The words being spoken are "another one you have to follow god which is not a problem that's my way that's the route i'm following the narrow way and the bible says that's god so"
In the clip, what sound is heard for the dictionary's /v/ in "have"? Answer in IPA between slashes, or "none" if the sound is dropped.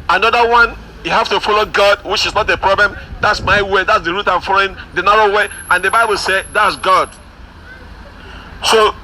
/f/